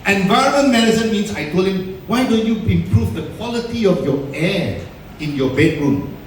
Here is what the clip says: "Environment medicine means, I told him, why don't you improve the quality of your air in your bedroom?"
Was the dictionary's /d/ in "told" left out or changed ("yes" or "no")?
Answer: yes